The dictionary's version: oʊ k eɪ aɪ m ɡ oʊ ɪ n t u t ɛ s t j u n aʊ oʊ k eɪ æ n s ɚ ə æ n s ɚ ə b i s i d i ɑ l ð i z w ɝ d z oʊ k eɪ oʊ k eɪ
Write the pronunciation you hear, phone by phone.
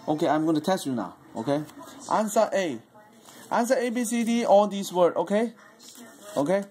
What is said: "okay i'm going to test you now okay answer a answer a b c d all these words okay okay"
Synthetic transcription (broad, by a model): oʊ k eɪ aɪ m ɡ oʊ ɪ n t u t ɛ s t j u n aʊ oʊ k eɪ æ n s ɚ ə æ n s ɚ ə b i s i d i ɑ l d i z w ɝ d oʊ k eɪ oʊ k eɪ